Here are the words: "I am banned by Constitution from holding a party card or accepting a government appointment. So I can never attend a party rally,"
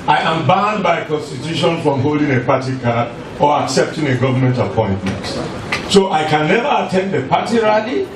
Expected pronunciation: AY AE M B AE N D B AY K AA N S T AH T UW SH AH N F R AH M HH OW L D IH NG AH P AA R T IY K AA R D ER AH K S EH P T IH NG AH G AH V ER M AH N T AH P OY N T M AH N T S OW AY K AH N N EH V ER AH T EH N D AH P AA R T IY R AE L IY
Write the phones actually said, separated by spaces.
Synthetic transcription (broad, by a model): AY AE M B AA N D B AY K AA N S T AH T UW SH AH N F R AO M HH OW L D IH NG AH P AA T IY K AA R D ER AH K S EH P T IH NG AH G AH V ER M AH N T AH P OY N T M AH N T S OW AY K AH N N EH V ER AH T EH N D AH P AA T IY R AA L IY